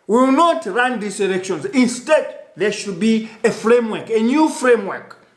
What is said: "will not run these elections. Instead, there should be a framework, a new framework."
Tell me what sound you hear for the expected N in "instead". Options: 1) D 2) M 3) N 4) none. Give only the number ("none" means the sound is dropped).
3